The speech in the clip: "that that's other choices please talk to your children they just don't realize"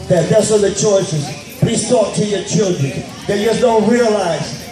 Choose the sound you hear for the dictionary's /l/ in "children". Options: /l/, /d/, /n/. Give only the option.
/l/